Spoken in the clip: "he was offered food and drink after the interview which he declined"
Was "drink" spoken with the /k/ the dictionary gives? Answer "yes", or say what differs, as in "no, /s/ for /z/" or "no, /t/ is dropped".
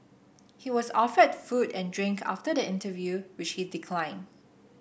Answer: yes